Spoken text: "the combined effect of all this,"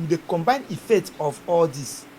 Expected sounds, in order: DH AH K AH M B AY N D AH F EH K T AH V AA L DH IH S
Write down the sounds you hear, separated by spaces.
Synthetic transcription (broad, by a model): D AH K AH M B AY N AH F EH K T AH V AA L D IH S